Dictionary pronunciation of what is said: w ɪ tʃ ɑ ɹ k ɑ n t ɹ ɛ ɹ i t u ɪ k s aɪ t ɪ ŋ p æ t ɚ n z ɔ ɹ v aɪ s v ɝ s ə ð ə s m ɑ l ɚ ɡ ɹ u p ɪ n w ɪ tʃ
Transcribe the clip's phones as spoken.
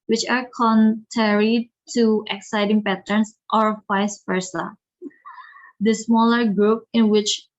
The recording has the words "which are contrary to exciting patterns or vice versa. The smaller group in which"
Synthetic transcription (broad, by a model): w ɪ tʃ ɑ ɹ k ɑ n t ɹ ɛ ɹ i t u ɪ k s aɪ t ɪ ŋ p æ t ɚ n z ɔ ɹ f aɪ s f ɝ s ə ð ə s m ɑ l ɚ ɡ ɹ u p ɪ n w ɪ tʃ